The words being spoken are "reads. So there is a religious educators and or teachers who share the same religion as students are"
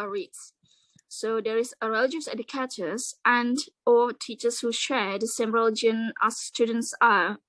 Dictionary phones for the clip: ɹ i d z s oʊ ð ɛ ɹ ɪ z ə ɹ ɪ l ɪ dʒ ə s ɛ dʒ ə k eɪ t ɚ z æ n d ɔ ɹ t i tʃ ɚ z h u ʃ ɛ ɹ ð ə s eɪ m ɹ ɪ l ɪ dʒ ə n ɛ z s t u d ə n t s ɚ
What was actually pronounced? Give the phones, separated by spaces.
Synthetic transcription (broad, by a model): ɹ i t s s oʊ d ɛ ɹ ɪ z ə ɹ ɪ l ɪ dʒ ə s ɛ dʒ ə k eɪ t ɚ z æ n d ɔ l t i tʃ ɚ s h u ʃ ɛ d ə s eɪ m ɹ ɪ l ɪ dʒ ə n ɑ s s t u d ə n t s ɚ